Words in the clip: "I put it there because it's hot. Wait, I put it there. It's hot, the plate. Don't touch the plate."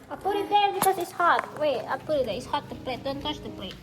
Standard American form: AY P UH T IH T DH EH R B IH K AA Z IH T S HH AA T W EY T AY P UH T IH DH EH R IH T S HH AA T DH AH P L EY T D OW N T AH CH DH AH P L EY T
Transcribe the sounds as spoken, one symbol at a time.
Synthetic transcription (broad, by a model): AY P UH T IH T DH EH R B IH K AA S IH T S HH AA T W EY AY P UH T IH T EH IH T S HH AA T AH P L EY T D OW N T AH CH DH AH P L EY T